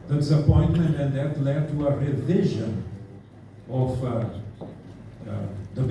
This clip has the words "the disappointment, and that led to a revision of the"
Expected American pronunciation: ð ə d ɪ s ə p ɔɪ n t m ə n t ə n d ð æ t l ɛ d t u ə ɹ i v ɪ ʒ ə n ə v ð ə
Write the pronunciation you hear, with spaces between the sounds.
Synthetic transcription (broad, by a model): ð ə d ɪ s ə p ɔɪ n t m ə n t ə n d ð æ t l ɛ d t u ə ɹ i v ɪ ʒ ə n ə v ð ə